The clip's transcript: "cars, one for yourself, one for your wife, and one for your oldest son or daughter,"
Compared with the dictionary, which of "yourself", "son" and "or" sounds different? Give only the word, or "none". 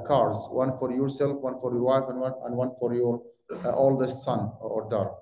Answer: none